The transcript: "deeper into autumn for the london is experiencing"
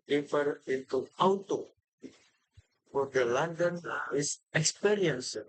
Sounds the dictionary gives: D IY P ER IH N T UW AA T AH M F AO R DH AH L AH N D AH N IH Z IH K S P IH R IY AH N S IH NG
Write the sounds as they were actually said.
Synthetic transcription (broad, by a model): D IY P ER IH N T UW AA T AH F AO R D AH L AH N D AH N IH S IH K S P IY R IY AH N S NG